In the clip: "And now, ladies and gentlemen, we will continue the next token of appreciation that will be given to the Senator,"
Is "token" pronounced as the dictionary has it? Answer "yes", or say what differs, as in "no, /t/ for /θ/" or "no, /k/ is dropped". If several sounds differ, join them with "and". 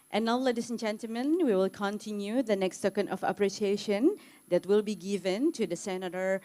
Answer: no, /s/ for /t/